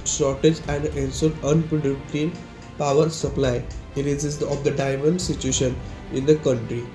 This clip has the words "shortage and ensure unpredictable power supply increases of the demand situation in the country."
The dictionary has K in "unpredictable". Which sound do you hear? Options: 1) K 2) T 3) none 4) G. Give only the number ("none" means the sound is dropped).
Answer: 3